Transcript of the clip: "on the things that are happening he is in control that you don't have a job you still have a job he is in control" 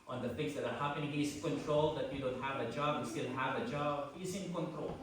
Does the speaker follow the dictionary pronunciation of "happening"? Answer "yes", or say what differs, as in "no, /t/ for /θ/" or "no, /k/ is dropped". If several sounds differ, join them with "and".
no, /n/ is dropped